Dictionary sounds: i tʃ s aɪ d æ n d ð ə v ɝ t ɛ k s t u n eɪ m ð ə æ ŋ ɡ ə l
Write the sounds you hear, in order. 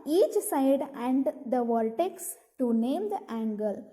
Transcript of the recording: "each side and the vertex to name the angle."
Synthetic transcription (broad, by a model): i tʃ s aɪ d æ n d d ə v ɝ t ɛ k s t u n eɪ m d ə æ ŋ ɡ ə l